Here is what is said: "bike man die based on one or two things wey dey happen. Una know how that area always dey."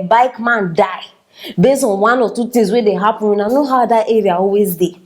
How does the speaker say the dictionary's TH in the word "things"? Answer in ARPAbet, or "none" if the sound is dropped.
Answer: T